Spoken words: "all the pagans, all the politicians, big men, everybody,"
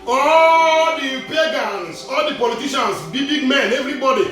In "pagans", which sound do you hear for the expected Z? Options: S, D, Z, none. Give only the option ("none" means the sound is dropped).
S